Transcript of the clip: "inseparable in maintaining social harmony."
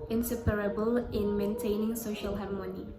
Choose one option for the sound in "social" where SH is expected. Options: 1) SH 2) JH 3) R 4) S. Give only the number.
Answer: 1